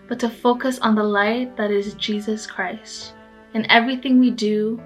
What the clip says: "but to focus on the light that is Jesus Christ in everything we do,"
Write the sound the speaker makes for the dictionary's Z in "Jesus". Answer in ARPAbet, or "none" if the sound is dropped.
Z